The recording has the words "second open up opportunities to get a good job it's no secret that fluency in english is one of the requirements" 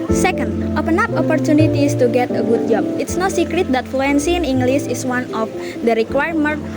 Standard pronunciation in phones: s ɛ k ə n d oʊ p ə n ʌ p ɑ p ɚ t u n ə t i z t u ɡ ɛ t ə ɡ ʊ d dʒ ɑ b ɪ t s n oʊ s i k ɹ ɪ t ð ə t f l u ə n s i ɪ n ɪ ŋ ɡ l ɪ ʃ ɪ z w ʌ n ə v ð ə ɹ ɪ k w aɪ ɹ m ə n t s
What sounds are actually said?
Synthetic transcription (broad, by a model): s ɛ k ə n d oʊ p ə n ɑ p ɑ p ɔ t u n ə t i s t u ɡ ɛ t ə ɡ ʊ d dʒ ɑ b ɪ t s n oʊ s i k ɹ ɪ t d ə t f l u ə n s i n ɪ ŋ ɡ l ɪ s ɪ s w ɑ n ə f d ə ɹ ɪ k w aɪ ɹ m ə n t